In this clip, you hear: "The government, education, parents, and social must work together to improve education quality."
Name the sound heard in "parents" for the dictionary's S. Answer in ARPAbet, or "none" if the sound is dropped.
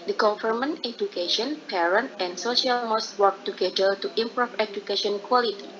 none